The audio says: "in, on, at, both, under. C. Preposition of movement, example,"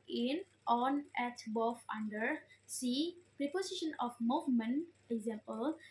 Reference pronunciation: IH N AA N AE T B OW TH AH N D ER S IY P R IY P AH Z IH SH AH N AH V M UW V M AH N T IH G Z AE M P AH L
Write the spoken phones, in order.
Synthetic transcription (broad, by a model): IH N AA N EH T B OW F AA N D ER S IY P R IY P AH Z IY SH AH N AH F M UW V M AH N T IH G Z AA M P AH L